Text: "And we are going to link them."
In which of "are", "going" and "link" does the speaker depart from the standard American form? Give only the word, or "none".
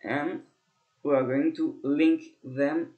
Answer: none